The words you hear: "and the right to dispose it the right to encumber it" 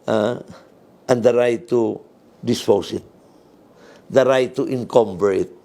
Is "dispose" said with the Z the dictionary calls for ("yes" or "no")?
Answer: no